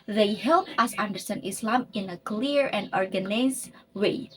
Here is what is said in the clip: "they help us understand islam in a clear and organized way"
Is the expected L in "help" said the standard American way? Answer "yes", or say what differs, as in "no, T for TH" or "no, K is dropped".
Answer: yes